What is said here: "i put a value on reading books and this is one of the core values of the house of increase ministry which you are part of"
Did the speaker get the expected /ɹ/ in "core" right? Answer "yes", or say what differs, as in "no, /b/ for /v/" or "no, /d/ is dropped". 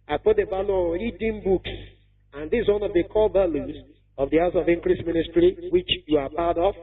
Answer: no, /l/ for /ɹ/